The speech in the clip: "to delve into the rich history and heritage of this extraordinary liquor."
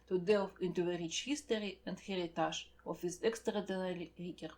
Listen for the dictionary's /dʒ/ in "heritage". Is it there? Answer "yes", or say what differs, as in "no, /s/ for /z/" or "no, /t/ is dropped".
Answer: no, /ʒ/ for /dʒ/